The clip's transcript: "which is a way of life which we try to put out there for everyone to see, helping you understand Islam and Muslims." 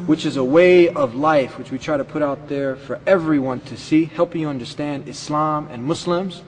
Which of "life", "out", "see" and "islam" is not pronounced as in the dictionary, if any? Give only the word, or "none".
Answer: none